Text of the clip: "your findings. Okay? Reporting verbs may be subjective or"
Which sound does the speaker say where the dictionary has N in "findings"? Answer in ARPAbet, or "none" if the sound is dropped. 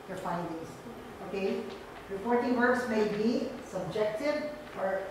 none